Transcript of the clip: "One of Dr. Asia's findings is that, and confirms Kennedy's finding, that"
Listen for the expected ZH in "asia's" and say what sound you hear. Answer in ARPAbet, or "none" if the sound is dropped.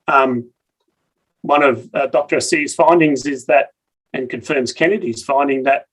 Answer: S